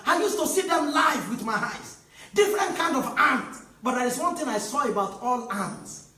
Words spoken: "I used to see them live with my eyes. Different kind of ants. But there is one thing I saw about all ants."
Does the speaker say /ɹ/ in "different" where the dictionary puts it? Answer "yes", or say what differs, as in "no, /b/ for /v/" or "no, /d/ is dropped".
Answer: yes